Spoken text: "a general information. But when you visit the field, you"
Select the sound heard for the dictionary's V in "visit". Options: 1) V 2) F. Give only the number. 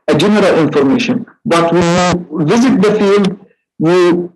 1